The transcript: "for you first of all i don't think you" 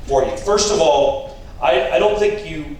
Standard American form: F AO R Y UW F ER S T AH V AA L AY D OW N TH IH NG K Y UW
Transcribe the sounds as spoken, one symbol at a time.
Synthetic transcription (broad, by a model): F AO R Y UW F ER S T AH V AA L AY D OW N TH IH NG K Y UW